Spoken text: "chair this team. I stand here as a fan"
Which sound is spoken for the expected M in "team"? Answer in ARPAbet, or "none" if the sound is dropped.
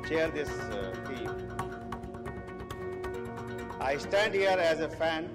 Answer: none